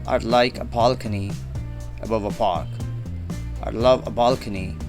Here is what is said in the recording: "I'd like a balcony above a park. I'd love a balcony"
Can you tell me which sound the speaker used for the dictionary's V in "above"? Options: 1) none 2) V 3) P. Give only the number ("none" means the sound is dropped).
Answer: 2